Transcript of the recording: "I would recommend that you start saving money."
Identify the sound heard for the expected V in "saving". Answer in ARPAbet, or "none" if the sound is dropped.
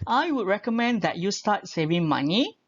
V